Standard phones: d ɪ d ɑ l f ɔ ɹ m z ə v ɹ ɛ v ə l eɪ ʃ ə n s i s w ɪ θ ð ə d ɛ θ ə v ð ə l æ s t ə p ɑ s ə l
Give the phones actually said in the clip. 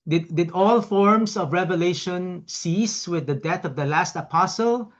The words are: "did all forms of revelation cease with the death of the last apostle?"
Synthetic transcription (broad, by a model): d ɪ d ɑ l f ɔ ɹ m s ə v ɹ ɛ v ə l eɪ ʃ ə n s i s w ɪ ð ə d ɛ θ ə v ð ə l æ s t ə p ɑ s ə l